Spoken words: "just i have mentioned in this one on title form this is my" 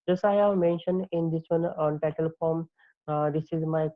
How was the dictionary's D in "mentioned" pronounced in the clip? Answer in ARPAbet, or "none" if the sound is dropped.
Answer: D